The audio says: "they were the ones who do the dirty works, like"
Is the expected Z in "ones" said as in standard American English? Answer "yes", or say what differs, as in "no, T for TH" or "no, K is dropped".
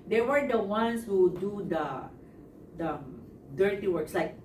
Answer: no, S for Z